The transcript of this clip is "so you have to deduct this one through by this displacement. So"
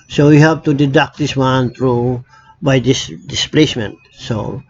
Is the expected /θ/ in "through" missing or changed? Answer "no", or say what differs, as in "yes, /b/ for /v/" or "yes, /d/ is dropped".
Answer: yes, /t/ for /θ/